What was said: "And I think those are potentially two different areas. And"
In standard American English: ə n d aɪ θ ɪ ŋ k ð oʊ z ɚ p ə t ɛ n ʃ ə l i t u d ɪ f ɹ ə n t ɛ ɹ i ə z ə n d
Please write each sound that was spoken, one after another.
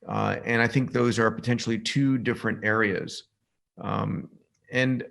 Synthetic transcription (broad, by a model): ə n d aɪ θ ɪ ŋ k ð oʊ z ɚ p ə t ɛ n ʃ l i t u d ɪ f ɹ ə n t ɛ ɹ i ə z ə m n